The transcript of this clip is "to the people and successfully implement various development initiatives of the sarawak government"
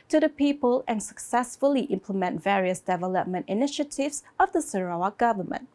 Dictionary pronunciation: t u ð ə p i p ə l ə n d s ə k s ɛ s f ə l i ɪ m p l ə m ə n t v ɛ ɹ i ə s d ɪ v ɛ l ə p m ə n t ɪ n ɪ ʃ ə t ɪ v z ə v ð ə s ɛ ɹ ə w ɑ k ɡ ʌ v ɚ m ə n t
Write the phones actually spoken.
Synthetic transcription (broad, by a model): t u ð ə p i p ə l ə n s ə k s ɛ s f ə l i ɪ m p l ə m ə n t v ɛ ɹ i ə s d ɪ v ɛ l ə p m ə n t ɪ n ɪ ʃ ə t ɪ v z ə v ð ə s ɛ ɹ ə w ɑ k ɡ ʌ v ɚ m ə n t